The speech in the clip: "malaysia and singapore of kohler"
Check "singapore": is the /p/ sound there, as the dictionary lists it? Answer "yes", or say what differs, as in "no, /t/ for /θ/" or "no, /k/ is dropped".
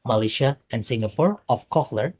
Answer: yes